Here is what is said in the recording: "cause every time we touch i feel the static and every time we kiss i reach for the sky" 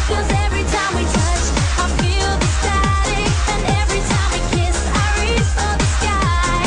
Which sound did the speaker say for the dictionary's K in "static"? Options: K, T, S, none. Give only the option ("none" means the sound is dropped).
none